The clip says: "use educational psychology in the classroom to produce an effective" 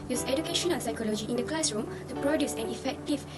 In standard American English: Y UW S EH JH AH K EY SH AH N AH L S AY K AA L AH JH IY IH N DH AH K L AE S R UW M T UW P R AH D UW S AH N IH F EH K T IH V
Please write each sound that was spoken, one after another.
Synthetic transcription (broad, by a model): Y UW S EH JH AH K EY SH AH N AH N S AY K AA L AH JH IY IH N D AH K L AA S R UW M T UW P R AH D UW S AH N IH F EH K T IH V